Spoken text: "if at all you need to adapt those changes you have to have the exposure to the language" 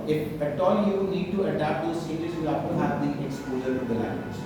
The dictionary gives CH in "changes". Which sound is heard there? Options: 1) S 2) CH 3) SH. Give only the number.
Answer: 1